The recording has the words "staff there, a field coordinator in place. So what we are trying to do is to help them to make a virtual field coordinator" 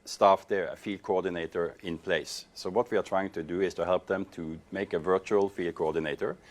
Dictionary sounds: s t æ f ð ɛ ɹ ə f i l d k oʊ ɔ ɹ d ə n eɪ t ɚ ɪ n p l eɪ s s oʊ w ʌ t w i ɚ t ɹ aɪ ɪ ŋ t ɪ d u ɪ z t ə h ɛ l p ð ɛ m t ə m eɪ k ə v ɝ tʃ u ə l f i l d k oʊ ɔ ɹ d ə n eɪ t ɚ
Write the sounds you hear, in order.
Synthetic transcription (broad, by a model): s t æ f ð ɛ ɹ ə f i l d k oʊ ɔ ɹ d ə n eɪ t ɚ ɪ n p l eɪ s s oʊ w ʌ t w i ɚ t ɹ aɪ ɪ ŋ t ɪ d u ɪ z t ə h ɛ l p ð ɛ m t ə m eɪ k ə v ɝ tʃ u ə l f i l d k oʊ ɔ ɹ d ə n eɪ t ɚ